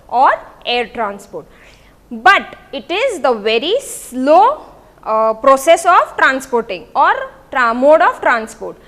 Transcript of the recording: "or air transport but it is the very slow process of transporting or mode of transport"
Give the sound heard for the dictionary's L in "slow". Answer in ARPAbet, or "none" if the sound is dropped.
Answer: L